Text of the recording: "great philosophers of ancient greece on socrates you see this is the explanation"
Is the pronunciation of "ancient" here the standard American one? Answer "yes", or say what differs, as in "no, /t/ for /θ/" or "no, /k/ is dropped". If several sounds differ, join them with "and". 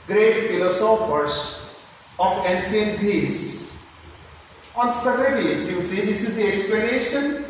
no, /s/ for /ʃ/